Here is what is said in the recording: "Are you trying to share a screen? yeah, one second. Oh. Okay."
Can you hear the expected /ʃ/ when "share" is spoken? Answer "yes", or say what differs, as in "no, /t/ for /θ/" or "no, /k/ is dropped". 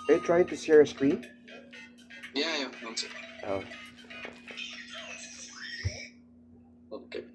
no, /s/ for /ʃ/